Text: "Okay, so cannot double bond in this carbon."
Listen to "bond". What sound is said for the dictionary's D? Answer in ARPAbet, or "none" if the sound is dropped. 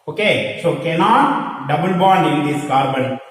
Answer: none